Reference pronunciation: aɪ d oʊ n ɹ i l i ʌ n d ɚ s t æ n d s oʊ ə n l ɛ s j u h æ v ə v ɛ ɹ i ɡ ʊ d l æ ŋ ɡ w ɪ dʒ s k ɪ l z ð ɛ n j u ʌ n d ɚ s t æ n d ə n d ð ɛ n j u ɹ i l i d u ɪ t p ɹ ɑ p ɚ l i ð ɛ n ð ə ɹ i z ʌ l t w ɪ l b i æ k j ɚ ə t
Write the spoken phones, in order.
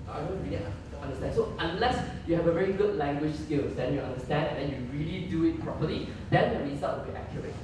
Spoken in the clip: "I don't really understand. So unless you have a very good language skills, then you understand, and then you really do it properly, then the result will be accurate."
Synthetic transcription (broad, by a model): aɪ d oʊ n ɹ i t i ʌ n d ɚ s t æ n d s oʊ ə n l ɛ s j u h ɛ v ə v ɛ ɹ i ɡ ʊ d l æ ŋ ɡ w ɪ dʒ s k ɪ l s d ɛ n j u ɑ n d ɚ s t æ n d ə n d ɛ n j u ɹ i l i d u ɪ t p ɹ ɑ p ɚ l i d ɛ n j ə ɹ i s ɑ t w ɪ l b i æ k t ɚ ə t